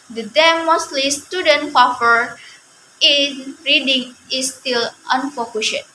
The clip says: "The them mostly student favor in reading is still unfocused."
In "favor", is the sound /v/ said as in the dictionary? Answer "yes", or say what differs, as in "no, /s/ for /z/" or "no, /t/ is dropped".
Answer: no, /f/ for /v/